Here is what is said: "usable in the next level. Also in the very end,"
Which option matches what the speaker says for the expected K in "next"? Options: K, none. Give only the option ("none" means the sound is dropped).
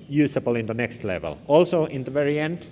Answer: K